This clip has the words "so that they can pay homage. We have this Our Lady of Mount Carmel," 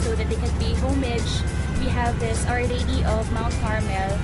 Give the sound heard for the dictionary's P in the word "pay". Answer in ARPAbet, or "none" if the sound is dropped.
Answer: B